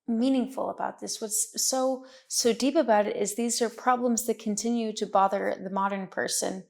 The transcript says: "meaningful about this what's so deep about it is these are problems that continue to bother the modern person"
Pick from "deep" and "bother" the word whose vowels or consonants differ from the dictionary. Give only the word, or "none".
none